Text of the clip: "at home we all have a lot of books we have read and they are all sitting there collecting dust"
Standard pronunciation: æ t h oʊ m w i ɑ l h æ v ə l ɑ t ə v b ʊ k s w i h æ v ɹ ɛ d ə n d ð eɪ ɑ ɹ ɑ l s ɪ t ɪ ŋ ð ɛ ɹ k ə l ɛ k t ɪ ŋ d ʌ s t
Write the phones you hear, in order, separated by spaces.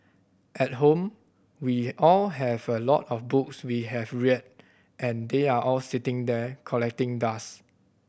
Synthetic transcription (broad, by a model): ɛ t h oʊ m w i ɑ l h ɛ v ə l ɑ t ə f b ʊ k s w i h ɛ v ɹ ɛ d ə n d eɪ ɑ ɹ ɑ l s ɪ t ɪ ŋ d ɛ k ə l ɛ k t ɪ ŋ d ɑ s